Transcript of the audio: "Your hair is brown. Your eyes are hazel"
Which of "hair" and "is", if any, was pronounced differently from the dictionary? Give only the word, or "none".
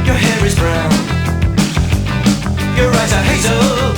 none